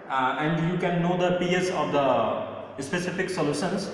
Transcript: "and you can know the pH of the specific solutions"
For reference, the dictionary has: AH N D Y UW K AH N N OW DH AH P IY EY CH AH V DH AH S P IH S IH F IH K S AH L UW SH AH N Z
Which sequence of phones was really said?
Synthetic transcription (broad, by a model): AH N D Y UW K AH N N OW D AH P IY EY S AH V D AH S P IH S IH F IH K S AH L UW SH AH N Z